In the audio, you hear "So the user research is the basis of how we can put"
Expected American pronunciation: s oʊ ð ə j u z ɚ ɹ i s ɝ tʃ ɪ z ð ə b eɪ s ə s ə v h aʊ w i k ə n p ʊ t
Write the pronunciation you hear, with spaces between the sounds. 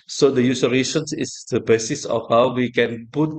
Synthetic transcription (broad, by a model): s oʊ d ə j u s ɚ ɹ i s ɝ s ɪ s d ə b eɪ s ə s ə f h aʊ w i k ə n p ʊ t